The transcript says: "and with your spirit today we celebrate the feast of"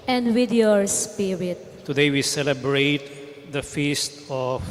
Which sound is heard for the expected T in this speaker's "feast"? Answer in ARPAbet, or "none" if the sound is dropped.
T